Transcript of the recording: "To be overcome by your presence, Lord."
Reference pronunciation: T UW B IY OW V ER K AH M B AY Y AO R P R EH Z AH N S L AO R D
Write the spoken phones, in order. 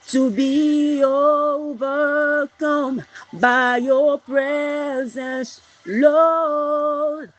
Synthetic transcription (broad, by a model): T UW B IY OW V ER K AH M B AY Y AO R P R EH Z AH N S L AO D